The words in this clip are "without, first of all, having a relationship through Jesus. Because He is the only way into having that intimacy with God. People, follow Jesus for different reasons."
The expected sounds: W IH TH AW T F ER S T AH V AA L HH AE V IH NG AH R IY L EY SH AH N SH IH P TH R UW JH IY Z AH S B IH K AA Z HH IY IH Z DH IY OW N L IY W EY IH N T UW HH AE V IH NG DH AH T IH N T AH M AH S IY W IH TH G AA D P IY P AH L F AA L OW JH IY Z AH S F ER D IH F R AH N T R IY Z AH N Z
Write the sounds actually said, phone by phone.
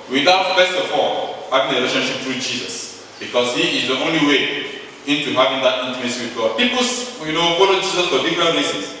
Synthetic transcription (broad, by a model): W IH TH AW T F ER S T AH F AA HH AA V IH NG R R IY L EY SH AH N SH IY P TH R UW JH IY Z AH S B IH K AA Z HH IY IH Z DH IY OW N L IY W EY IH N T UW HH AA V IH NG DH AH T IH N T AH AH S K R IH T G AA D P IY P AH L F AA L OW JH IY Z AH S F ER D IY F R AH N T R IY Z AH N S